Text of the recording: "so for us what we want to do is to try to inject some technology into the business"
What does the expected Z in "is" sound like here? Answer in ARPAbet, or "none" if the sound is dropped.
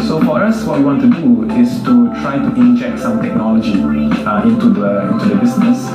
S